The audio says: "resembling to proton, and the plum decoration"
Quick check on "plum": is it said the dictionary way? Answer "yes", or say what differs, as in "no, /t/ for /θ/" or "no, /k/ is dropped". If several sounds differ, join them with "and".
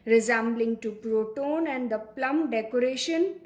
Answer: yes